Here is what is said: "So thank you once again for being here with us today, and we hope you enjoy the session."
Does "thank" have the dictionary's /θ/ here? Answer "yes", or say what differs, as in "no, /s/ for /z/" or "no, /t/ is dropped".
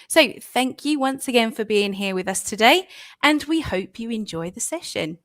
yes